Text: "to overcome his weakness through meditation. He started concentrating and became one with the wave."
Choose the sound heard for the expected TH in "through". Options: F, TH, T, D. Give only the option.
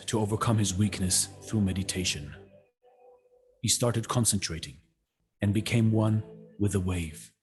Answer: TH